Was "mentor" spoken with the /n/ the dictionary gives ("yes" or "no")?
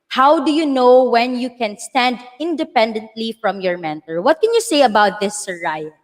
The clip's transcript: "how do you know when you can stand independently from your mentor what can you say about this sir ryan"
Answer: yes